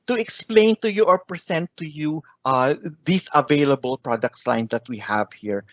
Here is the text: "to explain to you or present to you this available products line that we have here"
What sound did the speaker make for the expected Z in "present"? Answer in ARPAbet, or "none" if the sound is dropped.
S